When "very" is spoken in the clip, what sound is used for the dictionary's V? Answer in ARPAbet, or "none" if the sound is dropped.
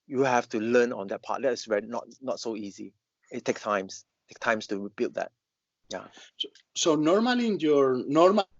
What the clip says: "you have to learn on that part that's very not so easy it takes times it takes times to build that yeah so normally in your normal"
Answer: W